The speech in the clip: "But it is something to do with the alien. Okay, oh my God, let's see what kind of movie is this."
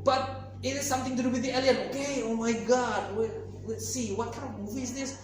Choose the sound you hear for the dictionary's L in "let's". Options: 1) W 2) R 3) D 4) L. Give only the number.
1